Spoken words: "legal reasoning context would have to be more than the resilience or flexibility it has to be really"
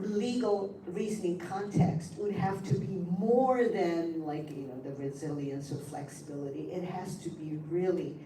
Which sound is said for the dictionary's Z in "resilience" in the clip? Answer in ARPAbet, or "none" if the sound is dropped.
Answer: Z